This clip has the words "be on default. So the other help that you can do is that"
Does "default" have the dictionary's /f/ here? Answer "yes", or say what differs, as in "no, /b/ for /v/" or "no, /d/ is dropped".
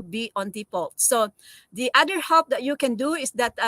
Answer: no, /p/ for /f/